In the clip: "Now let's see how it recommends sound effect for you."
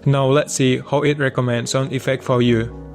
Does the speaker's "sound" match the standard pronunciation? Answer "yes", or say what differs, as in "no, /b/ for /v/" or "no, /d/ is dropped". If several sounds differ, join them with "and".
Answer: no, /d/ is dropped